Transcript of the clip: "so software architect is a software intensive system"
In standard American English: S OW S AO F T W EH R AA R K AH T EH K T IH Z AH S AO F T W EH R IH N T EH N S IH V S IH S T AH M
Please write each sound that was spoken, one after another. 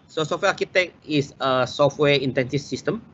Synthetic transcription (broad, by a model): S OW S AO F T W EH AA K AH T EH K IH S AH S AO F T W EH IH N T EH N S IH F S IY S T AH M